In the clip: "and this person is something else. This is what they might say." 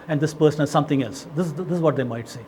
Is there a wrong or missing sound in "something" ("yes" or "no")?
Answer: yes